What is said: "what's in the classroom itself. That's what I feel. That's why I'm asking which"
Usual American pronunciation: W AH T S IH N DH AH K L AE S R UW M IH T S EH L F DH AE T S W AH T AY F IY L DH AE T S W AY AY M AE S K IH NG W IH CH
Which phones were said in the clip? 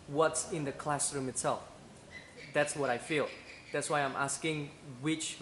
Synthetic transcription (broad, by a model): W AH T S IH N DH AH K L AE S R UW M IH T S EH L F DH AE T S W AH T AY F IY L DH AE T S W AY AY M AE S K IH NG W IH CH